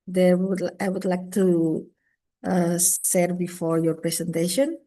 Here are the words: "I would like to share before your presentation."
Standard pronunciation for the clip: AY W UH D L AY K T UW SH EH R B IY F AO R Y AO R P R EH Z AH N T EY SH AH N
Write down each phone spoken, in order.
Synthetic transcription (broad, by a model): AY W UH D L AY K T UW S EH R B IY F AO R Y AO R P R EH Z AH N T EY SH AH N